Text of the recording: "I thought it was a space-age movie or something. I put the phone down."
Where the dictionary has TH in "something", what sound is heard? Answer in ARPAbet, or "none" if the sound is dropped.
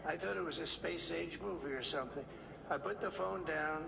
TH